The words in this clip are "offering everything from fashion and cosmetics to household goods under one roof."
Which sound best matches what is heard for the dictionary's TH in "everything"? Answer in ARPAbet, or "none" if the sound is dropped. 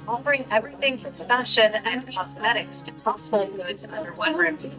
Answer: TH